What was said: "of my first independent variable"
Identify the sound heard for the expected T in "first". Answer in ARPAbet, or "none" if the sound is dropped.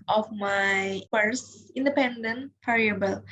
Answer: none